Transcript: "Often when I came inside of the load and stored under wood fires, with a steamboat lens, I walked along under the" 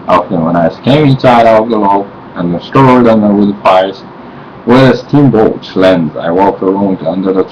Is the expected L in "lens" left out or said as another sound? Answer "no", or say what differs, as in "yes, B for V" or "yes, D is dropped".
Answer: no